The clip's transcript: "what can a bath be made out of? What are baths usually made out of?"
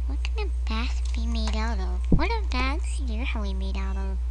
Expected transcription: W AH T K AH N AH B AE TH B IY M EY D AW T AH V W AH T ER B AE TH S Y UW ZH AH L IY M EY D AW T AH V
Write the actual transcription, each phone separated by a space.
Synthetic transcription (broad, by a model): W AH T K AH N AH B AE S B IY M EY D AW T AH V W AH T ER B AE T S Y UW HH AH W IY M EY D AW T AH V